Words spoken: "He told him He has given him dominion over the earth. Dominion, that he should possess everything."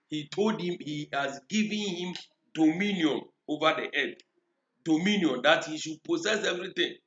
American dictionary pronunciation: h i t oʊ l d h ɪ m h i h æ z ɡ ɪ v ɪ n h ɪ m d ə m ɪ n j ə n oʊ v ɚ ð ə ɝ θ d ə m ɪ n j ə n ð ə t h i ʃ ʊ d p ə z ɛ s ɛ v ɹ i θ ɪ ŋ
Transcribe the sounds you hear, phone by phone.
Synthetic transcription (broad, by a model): h i t oʊ l d h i m h i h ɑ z ɡ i v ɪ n h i m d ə m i n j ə n oʊ v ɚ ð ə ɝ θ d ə m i n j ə n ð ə t h i ʃ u d p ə s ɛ s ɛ v ɹ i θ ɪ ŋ